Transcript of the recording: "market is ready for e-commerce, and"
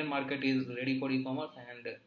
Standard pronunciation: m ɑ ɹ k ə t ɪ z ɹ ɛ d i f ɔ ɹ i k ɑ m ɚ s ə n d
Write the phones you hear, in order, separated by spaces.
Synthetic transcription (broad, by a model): m ɑ ɹ k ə t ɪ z ɹ ɛ d i p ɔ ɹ i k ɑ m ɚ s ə n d